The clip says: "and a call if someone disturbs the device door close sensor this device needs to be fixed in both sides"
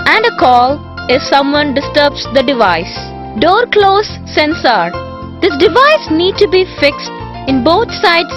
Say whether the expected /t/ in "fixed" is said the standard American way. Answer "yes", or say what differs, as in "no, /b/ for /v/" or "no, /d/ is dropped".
yes